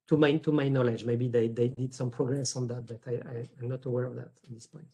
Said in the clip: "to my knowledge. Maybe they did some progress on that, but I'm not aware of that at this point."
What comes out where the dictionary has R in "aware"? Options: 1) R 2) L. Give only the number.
1